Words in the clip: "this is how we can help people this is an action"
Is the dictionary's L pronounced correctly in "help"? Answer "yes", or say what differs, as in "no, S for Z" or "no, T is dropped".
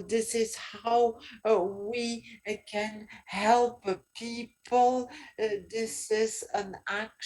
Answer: yes